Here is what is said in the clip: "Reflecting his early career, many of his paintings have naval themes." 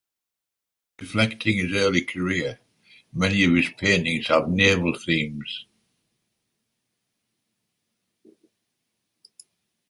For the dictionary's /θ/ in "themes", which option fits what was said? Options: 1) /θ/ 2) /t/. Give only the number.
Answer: 1